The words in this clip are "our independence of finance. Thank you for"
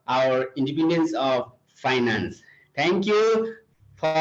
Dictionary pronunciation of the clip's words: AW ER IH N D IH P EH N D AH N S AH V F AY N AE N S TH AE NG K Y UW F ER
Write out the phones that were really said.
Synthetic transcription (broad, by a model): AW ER IH N D IH P EH N D AH N S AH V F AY N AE N S T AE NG K Y UW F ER